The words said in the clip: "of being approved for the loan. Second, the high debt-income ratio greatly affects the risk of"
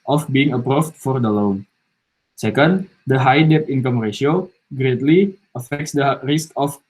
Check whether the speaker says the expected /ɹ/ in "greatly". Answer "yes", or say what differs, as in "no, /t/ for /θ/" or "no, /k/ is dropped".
yes